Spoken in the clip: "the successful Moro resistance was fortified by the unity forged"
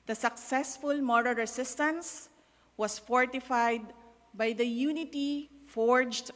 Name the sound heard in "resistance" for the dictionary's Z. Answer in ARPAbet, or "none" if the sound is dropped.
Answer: S